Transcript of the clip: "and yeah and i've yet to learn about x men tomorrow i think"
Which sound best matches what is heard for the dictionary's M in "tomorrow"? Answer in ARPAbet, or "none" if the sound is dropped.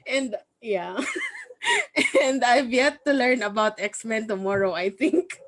M